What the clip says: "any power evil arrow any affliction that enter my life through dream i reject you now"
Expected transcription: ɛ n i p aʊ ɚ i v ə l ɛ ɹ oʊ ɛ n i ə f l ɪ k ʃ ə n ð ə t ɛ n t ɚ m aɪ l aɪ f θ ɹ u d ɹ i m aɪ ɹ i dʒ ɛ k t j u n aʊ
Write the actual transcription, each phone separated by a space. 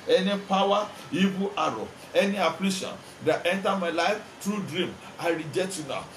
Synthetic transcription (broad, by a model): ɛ n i p aʊ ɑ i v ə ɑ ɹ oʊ ɛ n i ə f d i ʃ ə n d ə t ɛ n t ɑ m aɪ l aɪ f t ɹ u d ɹ i m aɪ ɹ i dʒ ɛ t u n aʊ